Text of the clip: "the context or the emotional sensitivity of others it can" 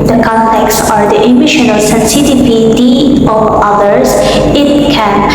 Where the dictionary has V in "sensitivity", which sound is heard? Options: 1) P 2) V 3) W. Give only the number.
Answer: 1